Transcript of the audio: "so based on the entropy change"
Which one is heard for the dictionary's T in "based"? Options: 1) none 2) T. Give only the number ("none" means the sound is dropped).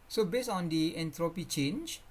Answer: 1